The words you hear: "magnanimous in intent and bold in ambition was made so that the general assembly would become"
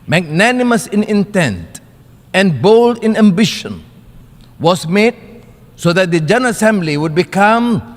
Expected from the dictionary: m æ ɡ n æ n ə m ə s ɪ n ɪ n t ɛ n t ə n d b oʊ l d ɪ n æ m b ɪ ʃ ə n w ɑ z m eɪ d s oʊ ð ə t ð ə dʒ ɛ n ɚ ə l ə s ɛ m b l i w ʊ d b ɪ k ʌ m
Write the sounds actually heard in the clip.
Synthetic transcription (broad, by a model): m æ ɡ n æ n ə m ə s ɪ n ɪ n t ɛ n t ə n b oʊ l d ɪ n æ m b ɪ ʃ ə n w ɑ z m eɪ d s oʊ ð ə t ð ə dʒ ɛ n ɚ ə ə s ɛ m b l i w ʊ d b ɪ k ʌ m